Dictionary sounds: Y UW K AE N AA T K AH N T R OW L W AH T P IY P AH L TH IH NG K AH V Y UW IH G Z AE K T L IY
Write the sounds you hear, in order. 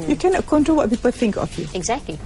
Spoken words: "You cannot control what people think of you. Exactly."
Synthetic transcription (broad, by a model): Y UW K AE N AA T K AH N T OW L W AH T P IY P AH L TH IH NG K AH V Y UW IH G Z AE K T L IY